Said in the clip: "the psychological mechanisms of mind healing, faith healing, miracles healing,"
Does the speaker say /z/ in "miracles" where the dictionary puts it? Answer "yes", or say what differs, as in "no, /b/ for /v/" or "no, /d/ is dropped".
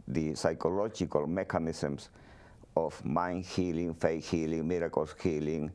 no, /s/ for /z/